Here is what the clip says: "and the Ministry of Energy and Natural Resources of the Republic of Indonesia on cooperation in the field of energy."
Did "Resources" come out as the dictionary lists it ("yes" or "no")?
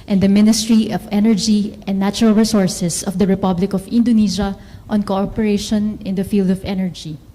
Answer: no